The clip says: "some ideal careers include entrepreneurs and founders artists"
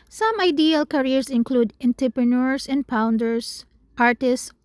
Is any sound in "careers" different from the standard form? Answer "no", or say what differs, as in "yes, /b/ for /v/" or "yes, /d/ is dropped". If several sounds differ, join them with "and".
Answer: yes, /s/ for /z/